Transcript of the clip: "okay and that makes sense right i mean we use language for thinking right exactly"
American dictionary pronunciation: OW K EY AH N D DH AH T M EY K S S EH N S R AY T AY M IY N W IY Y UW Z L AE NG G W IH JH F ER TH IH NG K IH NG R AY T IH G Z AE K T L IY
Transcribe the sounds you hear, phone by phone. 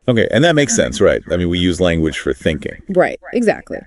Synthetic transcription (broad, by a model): OW K EY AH N DH AH T M EY K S S EH N S R AY T AY M IY N W IY Y UW Z L AE NG G W IH JH F ER TH IH NG K IH NG R AY T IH G Z AE K T L IY